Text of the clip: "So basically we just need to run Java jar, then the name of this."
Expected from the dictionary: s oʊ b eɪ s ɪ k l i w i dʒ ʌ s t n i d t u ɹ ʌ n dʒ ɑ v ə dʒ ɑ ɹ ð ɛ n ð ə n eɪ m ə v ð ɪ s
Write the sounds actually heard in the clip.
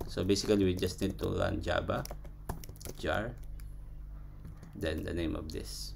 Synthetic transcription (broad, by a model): s oʊ b eɪ s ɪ k l i w i dʒ ʌ s t n i d t u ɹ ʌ n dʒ ɑ b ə dʒ ɑ ɹ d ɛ n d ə n eɪ m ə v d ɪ s